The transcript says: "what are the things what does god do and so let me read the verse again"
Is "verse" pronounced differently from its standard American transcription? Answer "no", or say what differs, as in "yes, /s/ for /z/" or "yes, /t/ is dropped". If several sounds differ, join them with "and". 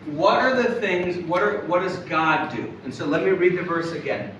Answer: no